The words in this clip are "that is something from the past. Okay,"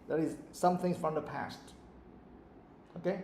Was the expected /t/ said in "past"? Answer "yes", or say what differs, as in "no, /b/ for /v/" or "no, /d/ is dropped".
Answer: yes